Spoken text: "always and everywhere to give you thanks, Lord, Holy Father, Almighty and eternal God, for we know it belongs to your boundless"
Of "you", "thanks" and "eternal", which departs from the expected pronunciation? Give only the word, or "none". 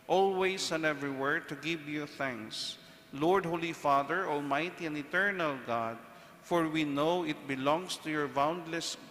none